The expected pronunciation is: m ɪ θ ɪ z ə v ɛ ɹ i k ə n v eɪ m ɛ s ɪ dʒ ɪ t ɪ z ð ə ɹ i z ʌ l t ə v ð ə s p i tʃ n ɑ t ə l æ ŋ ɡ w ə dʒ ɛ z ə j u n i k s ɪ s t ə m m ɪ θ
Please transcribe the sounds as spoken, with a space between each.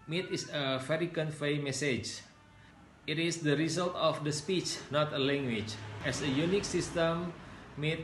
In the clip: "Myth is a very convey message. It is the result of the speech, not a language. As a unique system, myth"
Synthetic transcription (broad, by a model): m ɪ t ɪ s ə f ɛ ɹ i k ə n f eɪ m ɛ s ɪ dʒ ɪ t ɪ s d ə ɹ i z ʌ l t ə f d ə s p i tʃ n ɑ t ə l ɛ ŋ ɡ w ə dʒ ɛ s ə j u n i k s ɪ s t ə m m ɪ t